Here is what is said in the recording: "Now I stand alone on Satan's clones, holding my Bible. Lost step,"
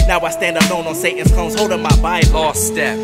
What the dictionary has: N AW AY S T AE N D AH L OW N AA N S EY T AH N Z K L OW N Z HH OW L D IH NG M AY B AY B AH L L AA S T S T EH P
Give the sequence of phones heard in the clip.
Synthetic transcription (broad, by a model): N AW AY S T AE N D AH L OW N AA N S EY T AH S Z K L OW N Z HH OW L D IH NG M AY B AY AH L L AA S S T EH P